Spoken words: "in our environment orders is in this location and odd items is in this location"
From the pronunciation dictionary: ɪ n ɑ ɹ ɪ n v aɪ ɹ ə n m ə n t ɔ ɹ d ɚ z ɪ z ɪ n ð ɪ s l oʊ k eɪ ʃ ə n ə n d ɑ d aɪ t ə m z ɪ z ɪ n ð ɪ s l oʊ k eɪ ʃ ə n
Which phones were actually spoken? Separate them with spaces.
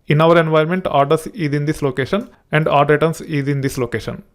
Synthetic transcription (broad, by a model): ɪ n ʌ ɹ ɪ n v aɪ ə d m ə n t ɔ ɹ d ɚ s ɪ z ɪ n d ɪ s l oʊ k eɪ ʃ ə n ə n d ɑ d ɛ t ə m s ɪ z ɪ n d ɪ s l oʊ k eɪ ʃ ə n